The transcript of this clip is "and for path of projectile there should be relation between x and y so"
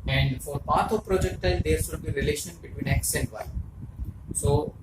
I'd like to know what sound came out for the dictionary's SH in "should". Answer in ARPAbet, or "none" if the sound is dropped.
S